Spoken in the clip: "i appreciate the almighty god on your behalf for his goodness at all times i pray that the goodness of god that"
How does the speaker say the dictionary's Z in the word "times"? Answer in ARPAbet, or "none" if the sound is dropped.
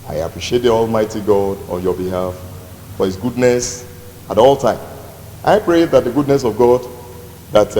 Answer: none